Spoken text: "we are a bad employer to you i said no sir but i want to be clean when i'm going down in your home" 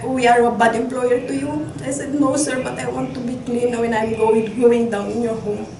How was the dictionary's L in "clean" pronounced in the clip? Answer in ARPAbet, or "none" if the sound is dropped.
L